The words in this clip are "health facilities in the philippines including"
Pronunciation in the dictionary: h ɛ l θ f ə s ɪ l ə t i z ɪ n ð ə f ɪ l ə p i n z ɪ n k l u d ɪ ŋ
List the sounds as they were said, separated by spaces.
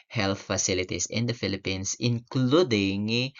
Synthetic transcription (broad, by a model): h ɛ l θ f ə s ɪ l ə t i s ɪ n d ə f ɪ l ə p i n s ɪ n k l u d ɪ ŋ